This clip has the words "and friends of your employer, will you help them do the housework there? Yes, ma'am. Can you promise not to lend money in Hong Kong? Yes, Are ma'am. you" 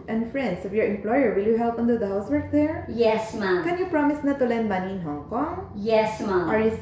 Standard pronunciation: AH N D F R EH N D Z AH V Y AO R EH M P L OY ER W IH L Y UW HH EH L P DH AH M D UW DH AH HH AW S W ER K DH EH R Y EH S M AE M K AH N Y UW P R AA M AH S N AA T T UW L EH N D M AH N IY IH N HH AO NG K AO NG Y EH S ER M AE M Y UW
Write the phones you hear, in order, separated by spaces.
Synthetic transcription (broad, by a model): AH N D F R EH N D S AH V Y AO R EH M P L OY ER W IH L Y UW HH EH L P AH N D UW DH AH HH AW S W ER K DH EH R Y EH S M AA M K AH N Y UW P R AA M AH S N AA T T UW L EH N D M AH N IY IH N HH AO NG K AO NG Y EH S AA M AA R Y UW